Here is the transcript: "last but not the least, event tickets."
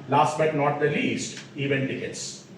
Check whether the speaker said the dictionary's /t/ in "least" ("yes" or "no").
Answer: yes